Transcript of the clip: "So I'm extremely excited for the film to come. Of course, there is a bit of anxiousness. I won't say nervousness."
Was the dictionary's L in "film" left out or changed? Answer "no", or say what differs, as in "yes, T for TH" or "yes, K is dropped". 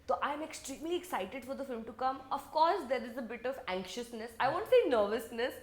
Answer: no